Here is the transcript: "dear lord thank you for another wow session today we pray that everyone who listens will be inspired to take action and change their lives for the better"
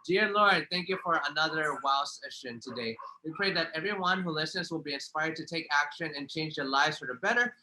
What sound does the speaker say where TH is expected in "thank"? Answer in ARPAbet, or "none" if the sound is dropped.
TH